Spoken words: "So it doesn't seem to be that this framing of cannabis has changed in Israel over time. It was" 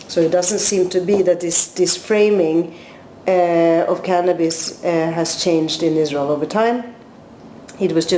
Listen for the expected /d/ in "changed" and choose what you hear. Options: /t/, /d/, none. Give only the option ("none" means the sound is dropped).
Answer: /d/